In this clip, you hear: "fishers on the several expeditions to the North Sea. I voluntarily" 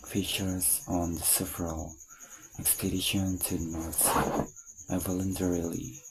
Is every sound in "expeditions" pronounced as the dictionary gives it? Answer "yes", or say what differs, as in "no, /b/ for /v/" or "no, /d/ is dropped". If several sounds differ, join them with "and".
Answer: no, /z/ is dropped